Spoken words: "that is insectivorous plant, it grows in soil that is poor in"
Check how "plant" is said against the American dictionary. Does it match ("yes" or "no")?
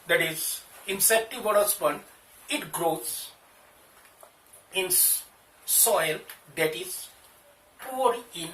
no